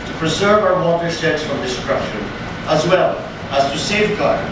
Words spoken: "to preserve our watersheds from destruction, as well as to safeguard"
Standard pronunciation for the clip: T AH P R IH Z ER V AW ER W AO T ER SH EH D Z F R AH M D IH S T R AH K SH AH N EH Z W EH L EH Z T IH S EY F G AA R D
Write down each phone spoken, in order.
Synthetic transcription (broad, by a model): T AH P R IH Z ER V AW ER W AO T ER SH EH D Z F R AH M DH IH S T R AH SH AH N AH Z W EH L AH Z T IH S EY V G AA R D